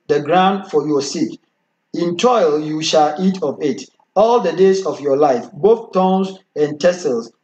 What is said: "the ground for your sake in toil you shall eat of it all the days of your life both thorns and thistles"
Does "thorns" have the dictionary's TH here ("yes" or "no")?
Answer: no